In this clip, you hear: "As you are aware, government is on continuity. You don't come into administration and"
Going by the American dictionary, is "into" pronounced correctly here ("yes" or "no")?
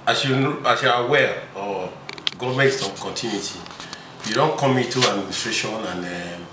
no